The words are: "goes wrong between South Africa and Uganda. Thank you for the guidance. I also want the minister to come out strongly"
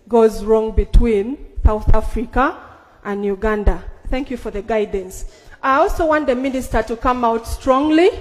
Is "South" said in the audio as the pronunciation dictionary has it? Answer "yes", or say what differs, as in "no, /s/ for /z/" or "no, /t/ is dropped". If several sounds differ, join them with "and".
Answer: yes